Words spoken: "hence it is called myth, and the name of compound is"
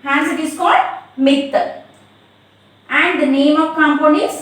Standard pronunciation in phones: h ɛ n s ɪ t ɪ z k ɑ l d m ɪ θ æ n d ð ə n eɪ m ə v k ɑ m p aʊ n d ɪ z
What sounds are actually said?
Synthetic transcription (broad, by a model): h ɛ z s ɪ t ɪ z k ɑ l d m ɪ t æ n d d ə n eɪ m ə v k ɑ m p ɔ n ɪ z